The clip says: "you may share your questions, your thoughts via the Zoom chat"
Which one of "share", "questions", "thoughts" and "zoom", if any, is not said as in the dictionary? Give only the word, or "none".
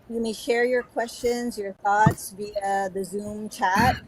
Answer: none